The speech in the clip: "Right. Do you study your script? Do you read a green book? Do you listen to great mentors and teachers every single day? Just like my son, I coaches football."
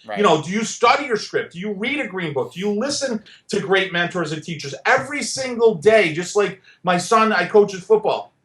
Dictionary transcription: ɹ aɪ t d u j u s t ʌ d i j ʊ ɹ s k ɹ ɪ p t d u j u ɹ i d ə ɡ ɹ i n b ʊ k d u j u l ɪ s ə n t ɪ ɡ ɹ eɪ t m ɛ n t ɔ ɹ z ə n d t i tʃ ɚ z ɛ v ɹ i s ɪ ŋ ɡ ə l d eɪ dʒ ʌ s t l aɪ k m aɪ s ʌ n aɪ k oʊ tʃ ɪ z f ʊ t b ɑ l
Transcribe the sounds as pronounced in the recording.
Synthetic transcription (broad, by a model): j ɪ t d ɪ j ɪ s t ʌ d i j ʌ ɹ s k ɹ ɪ p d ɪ j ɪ ɹ i d ə ɡ ɹ i n b ʊ k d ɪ j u l ɪ s ə n t ɪ ɡ ɹ eɪ t m ɛ n t ɔ ɹ z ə n t i tʃ ɚ z ɛ v ɹ i s ɪ ŋ ɡ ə l d eɪ dʒ ʌ s t l aɪ k m aɪ s ʌ n aɪ k oʊ tʃ ɪ z f ʊ t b ɑ l